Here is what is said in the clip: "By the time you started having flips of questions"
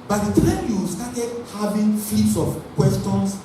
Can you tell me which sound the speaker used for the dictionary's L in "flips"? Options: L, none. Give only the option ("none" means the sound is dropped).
none